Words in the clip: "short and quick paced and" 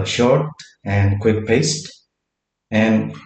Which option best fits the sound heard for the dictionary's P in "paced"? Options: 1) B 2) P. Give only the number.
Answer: 2